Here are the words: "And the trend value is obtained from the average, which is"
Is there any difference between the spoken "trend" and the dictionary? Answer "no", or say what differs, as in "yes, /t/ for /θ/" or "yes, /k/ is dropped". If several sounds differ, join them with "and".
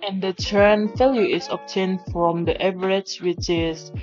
yes, /ɹ/ is dropped